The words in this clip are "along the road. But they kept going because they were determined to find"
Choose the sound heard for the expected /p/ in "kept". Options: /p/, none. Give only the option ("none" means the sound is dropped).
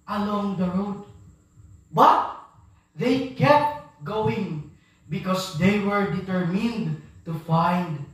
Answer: /p/